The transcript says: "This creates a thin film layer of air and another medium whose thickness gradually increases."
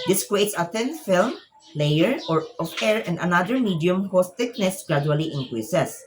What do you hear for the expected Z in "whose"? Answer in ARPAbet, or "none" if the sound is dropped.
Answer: S